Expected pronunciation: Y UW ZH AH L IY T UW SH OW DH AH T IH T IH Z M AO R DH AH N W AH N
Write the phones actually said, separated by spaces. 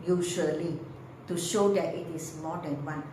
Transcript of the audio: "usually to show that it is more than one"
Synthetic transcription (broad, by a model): Y UW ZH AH L IY T UW SH OW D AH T IH T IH S M AO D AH N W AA N